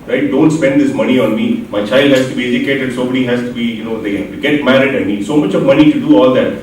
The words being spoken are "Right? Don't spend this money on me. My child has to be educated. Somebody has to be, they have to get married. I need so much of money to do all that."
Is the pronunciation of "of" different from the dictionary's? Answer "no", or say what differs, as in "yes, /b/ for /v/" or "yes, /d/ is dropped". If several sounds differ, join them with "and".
no